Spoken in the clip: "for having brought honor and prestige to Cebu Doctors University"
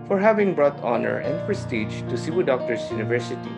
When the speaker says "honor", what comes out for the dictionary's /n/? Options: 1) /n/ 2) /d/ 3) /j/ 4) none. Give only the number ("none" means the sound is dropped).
1